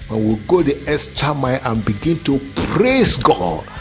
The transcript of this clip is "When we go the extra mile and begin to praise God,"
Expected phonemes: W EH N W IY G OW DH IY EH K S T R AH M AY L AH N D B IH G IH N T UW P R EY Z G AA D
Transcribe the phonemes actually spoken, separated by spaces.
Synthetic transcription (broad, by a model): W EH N W IY G OW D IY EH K S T AH M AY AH N B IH G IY N T UW P R EY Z G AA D